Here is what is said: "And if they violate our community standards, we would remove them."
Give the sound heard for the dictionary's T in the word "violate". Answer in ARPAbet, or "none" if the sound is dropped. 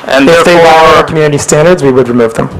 none